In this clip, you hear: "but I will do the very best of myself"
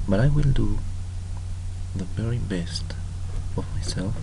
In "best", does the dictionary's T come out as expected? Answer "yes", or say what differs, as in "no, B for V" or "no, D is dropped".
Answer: yes